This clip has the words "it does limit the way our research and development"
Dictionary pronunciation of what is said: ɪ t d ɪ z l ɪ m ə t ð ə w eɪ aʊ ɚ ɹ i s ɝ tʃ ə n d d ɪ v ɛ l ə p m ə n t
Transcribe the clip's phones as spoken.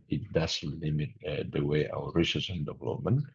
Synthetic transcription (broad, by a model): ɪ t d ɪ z l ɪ m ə t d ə w eɪ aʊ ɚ ɹ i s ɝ s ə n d d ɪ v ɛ l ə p m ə n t